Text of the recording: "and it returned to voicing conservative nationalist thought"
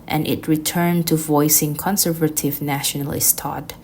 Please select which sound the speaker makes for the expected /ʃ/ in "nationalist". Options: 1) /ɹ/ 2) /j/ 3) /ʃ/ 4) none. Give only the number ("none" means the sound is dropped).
3